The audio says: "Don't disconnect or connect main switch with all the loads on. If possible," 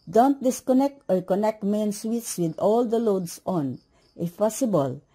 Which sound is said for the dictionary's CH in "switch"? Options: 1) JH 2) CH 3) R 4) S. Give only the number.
4